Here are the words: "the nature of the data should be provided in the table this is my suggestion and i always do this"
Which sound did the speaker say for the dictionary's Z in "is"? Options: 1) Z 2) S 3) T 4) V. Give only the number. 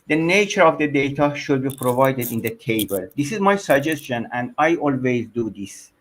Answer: 1